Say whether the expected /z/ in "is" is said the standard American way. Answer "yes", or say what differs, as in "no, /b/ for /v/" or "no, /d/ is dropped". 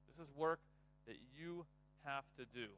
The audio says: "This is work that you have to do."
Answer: yes